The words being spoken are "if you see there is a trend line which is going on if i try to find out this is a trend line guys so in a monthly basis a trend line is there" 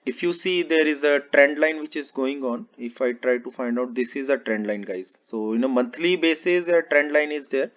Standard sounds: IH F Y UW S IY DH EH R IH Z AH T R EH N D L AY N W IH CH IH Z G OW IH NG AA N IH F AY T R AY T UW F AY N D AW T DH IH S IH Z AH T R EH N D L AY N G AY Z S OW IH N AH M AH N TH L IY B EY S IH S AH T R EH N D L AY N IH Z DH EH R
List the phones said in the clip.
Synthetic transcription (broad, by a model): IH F Y UW S IY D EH R IH Z AH T R EH N D L AY N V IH CH IH Z G OW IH NG AA N IH F AY T R AY T UW F AY N D AW T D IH S IH Z AH T R EH N D L AY N G AY Z S OW IH N AH M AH N T L IY B EY S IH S AH T R EH N D L AY N IH Z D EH R